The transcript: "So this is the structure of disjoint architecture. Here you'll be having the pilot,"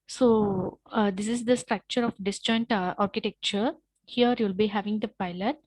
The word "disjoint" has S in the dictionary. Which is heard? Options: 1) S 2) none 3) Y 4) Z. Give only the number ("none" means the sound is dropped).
1